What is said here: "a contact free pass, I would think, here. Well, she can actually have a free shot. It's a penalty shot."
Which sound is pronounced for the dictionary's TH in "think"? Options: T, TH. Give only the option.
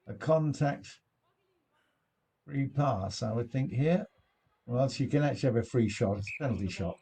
TH